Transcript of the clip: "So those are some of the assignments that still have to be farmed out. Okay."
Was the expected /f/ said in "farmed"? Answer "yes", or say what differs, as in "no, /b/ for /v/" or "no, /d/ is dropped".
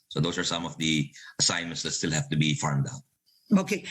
yes